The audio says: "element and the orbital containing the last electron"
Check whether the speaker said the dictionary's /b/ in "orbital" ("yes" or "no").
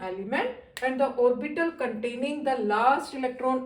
yes